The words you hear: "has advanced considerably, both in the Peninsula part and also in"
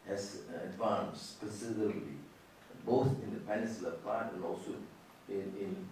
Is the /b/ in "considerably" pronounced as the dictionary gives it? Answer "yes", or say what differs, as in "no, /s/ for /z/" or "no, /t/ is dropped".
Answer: no, /b/ is dropped